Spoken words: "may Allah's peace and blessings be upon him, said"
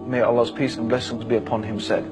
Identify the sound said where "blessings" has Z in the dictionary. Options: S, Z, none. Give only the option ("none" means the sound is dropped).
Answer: Z